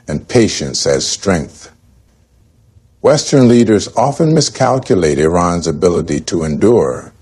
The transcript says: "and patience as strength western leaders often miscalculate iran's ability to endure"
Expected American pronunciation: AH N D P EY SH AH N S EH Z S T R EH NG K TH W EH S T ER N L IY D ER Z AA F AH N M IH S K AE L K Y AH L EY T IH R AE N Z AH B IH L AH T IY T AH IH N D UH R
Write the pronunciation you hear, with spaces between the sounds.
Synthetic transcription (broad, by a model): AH N P EY SH AH N S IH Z S T R EH NG K TH W EH S T ER N L IY D ER Z AA F AH N M IH S K AE L K Y AH L EY T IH R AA N Z AH B IH L AH T IY T AH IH N D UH R